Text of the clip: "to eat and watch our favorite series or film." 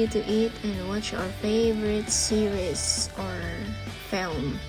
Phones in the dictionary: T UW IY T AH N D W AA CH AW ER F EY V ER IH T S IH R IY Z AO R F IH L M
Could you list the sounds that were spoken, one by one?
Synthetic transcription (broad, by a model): T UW IY T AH N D W AA CH AW ER F EY V ER IH T S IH R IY S AO R F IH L M